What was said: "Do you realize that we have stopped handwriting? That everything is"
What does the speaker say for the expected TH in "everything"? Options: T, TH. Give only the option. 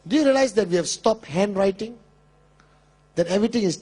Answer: T